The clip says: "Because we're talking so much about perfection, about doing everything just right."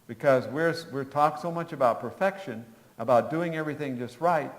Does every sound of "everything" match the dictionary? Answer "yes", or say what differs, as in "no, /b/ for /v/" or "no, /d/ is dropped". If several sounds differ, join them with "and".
yes